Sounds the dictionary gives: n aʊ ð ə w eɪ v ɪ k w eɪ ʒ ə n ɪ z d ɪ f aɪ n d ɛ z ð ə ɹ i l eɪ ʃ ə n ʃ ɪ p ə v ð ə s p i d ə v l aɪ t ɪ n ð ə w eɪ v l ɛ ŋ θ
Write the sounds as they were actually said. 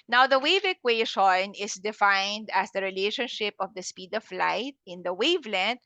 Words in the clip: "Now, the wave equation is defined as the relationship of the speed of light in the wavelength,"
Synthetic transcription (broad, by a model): n aʊ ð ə w eɪ v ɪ k w eɪ ʃ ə n ɪ s d ɪ f aɪ n d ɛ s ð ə ɹ i l eɪ ʃ ə n ʃ ɪ p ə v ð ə s p i d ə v l aɪ t ɪ n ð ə w eɪ v l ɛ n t